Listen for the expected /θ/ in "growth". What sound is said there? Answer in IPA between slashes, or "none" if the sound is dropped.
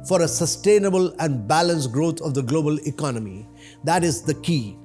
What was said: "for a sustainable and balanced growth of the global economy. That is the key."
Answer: /t/